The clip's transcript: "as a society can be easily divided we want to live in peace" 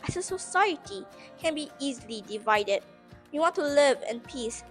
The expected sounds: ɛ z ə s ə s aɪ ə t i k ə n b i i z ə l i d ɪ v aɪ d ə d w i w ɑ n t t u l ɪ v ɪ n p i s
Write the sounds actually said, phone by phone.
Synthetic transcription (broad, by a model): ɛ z ə s ə s aɪ ə t i k ə n b i i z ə l i d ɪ v aɪ d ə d w i w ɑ n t t u l ɪ v ɪ n p i s